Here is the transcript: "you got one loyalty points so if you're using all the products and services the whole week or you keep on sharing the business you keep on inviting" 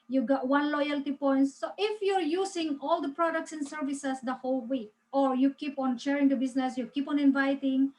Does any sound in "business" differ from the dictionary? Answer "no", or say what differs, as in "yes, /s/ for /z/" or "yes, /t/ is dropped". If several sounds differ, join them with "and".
yes, /s/ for /z/